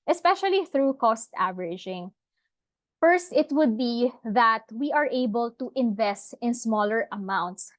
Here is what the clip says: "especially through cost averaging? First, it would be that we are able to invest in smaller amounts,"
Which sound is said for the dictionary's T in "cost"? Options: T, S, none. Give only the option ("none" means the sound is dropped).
T